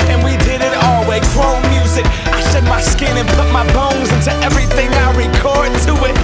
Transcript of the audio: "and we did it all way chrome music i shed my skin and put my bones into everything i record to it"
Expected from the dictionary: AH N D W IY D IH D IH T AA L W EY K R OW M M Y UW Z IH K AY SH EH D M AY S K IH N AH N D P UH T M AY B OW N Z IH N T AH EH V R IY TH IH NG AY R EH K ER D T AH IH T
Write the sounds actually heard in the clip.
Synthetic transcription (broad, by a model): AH N W IY D IH D IH T AA L W EY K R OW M M Y UW Z IH K AY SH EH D M AY S K IH N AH N P UH T M AY B OW N Z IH N T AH EH V R IY TH IH NG AY R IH K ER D T AH IH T